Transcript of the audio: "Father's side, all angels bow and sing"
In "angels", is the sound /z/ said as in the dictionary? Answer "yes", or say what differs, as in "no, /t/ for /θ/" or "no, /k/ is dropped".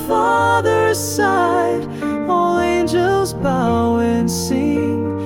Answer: yes